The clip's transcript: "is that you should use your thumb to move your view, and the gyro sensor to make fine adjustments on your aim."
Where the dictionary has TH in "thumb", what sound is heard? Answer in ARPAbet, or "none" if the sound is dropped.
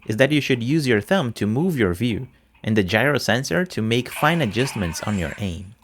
TH